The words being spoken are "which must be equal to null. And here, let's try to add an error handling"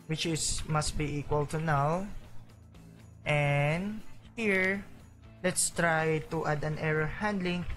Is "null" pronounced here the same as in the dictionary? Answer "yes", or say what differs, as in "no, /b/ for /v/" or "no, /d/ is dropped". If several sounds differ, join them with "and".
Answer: no, /w/ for /l/